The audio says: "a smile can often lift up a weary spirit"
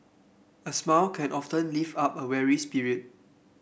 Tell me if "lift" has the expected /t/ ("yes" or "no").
no